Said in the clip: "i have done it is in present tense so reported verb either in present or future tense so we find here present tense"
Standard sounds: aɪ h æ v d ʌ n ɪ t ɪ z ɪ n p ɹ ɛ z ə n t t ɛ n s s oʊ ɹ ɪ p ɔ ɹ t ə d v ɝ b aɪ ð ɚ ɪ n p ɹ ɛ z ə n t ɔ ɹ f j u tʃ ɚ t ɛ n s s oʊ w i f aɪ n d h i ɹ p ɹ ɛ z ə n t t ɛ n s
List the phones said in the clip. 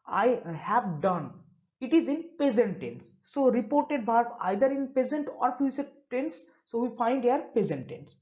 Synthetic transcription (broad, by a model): aɪ h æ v d ʌ n ɪ t ɪ z ɪ n p ɛ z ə n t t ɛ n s s oʊ ɹ ɪ p ɔ ɹ t ə d b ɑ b aɪ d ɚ ɪ n p ɛ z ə n t ɔ ɹ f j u s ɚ t ɛ n s s oʊ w i f aɪ n d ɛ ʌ ɹ p ɛ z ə n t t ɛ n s